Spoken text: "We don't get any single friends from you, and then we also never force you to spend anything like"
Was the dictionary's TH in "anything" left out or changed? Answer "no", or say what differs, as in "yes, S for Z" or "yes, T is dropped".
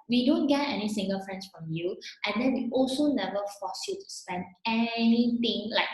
yes, T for TH